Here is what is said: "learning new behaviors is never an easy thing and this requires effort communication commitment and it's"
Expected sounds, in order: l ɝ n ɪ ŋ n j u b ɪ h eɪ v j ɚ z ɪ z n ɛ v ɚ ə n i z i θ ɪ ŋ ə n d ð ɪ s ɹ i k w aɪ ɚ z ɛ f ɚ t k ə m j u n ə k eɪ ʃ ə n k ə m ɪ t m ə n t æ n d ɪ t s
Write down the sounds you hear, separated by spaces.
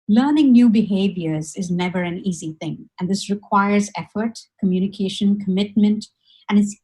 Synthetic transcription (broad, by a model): l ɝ n ɪ ŋ n j u b ɪ h eɪ v j ɚ z ɪ z n ɛ v ɚ ə n i z i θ ɪ ŋ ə n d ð ɪ s ɹ i k w aɪ ɚ z ɛ f ɚ t k ə m j u n ə k eɪ ʃ ə n k ə m ɪ t m ə n t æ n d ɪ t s